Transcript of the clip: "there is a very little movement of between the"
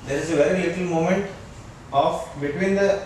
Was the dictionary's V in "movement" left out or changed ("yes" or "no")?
yes